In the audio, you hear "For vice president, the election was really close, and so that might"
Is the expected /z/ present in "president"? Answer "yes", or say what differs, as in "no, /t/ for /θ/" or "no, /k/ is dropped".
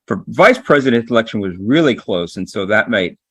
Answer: yes